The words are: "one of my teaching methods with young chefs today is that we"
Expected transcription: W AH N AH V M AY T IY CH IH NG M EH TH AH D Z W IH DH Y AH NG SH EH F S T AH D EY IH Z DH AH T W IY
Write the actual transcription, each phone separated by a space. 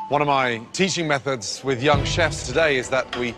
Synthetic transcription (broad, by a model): W AH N AH V M AY T IY CH IH NG M EH TH AH D Z W IH DH Y AH NG SH EH F S T AH D EY IH Z DH AH T W IY